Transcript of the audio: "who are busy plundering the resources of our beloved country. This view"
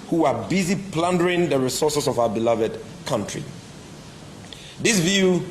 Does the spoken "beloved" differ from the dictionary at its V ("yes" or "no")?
no